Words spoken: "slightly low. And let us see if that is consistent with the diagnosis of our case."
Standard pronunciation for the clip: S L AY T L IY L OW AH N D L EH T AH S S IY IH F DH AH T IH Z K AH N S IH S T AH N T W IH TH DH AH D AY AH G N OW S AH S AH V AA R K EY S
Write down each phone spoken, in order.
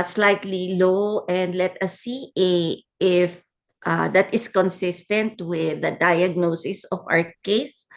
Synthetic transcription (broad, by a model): S L AY T L IY L OW AH N D L EH T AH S S IY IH F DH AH T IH S K AH N S IH S T AH N T W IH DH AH D AY AH G N OW S AH S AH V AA W K EY S